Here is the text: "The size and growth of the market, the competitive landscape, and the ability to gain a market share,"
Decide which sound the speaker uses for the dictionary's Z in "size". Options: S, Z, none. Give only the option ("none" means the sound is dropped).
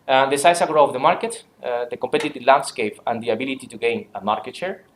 S